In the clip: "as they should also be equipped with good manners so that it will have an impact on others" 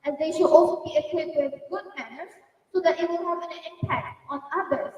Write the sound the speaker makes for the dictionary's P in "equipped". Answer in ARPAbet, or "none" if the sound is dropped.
none